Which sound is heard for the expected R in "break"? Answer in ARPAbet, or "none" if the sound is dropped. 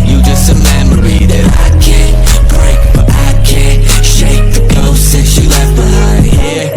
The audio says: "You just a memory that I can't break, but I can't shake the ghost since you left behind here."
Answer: R